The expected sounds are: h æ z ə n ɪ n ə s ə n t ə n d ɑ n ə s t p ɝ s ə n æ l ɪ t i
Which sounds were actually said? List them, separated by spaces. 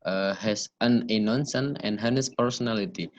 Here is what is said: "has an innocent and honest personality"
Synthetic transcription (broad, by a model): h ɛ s ə n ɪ n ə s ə n ə n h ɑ n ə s p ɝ s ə n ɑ l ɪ t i